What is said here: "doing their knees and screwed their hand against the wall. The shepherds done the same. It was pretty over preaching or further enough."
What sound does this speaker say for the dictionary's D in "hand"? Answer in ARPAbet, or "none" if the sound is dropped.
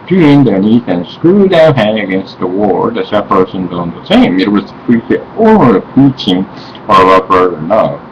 none